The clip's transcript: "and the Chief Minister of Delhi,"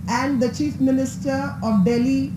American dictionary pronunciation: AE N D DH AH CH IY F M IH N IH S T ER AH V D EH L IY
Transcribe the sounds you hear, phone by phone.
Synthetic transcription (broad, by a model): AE N D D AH CH IY F M IH N IH S T ER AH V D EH L IY